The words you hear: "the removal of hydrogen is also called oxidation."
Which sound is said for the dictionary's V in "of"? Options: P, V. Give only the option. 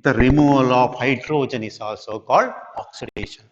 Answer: P